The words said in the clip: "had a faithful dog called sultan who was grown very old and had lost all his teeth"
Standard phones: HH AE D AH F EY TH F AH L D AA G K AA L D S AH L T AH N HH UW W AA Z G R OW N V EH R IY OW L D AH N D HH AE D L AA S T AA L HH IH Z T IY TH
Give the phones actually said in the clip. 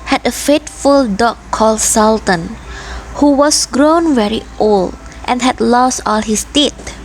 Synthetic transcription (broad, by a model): HH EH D AH F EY T F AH L D AA K AA L D S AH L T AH N HH UW W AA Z G R OW N V EH R IY OW L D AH N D HH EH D L AA S T AA L HH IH S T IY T